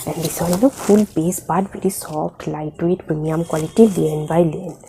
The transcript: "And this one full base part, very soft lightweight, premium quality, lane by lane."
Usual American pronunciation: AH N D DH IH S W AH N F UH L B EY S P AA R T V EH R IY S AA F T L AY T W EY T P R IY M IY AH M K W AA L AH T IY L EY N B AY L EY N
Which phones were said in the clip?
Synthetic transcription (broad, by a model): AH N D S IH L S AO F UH L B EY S B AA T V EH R IY S AA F T L AY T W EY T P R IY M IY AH M K W AA L AH T IY L EY N B AY L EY N